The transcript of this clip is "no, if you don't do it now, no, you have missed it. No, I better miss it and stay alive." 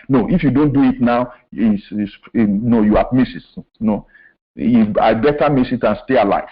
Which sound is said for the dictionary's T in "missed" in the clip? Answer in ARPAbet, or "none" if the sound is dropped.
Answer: none